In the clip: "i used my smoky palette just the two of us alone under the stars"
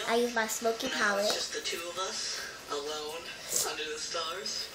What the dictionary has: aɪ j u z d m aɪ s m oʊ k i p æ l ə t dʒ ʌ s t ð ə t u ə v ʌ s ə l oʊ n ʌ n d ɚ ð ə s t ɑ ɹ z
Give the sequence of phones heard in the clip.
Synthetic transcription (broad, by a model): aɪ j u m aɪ s m oʊ k i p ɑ w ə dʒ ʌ s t ð ə t u ə v ʌ s ə l oʊ n ʌ n d ɚ ð ə s t ɑ ɹ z